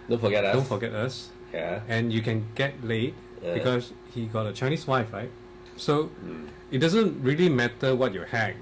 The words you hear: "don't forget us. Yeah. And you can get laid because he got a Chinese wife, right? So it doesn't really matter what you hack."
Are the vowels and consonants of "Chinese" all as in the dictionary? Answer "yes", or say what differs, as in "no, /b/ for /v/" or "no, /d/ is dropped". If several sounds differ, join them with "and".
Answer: no, /s/ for /z/